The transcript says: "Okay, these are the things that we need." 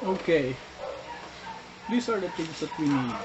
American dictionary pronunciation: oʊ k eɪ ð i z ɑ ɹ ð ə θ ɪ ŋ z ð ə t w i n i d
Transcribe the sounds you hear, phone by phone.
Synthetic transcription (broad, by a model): oʊ k eɪ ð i s ɑ ɹ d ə t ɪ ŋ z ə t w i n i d